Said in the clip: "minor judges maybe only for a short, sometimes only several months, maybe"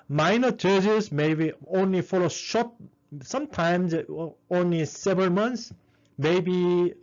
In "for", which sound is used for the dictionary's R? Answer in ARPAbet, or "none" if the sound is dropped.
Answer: L